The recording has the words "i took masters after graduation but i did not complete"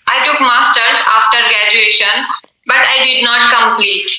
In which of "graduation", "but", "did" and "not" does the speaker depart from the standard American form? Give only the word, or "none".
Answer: none